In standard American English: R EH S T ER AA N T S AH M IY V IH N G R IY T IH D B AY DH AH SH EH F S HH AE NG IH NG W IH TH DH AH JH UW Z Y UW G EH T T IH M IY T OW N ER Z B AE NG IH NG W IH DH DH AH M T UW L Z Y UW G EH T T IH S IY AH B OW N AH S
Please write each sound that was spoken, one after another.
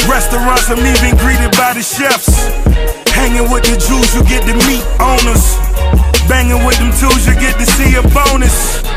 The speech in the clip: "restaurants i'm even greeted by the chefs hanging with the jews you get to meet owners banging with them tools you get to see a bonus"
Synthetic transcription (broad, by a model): R EH S T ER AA N T S AH M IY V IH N G R IY T IH D B AY DH AH SH EH F S HH AE NG IH NG W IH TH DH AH JH UW Z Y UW G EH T T IH M IY T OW N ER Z B AE NG IH NG W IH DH DH AH M T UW Z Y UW G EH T T IH S IY AH B OW N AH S